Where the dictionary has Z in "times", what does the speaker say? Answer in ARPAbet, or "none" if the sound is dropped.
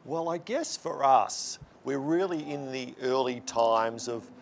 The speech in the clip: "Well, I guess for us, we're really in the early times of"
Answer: Z